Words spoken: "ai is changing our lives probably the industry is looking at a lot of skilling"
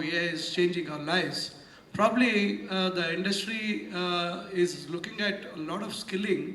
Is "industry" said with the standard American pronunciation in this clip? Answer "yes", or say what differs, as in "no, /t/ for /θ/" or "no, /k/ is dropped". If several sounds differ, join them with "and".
yes